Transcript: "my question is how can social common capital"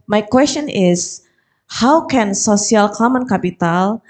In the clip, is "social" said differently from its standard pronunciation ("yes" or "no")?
yes